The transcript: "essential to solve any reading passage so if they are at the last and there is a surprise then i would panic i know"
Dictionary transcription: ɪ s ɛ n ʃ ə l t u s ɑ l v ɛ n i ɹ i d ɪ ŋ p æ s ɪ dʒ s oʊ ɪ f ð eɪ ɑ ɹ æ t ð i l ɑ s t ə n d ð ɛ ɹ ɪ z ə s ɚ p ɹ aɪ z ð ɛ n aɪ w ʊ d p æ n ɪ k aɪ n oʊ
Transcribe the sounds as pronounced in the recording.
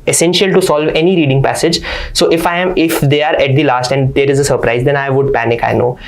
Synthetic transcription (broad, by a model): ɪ s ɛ n ʃ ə l t u s ɑ l v ɛ n i ɹ i d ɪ ŋ p æ s ɪ dʒ s oʊ ɪ f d eɪ ɑ ɹ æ t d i l ɑ s t ə n d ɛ ɹ ɪ z ə s ɚ p ɹ aɪ z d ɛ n aɪ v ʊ d p æ n ɪ k aɪ n oʊ